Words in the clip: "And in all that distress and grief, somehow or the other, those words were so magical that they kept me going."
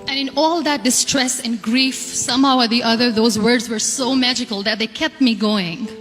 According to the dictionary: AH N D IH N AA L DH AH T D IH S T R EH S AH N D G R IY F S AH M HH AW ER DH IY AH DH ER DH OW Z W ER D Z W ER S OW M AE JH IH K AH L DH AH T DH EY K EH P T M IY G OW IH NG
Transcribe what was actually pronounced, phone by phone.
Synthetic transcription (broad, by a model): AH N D IH N AA L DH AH T D IH S T R EH S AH N G R IY F S AH M HH AW ER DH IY AH DH ER DH OW Z W ER D Z W ER S OW M AE JH IH K AH L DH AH T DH EY K EH P T M IY G OW IH NG